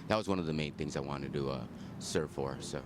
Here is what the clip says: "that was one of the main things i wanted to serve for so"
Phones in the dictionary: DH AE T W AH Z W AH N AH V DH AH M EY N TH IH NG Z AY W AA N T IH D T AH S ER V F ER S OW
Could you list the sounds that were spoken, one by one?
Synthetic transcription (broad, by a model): DH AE T W AH Z W AH N AH V DH AH M EY N TH IH NG Z AY W AA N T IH D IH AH S ER V F ER S OW